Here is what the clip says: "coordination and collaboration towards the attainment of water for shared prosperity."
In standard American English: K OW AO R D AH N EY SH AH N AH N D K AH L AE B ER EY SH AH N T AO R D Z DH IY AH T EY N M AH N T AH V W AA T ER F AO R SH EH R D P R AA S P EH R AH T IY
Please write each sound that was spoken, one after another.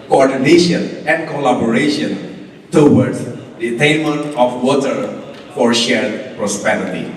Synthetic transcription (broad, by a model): K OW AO R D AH N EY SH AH N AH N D K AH L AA B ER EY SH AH N T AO W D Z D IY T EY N M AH N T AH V W AA T ER F AO R SH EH R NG P R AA S P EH R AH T IY